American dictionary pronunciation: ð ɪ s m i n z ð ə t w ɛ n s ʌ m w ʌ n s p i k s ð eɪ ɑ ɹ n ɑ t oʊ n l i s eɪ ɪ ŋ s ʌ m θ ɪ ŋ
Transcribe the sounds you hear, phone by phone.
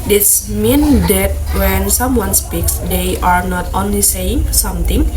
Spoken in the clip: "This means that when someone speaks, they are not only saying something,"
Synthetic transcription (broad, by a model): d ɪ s m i n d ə t w ɛ n s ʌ m w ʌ n s p i k s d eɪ ɑ ɹ n ɑ t oʊ n l i s eɪ ɪ ŋ s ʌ m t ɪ ŋ